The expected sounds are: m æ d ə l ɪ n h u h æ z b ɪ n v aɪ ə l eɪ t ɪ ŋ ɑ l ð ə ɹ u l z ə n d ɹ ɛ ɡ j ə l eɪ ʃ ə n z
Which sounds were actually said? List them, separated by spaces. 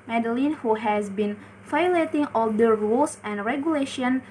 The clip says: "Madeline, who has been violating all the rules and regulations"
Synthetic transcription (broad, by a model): m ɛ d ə l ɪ n h u h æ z b ɪ n f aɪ l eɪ t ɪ ŋ ɑ l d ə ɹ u l s ə n d ɹ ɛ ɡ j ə l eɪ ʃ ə n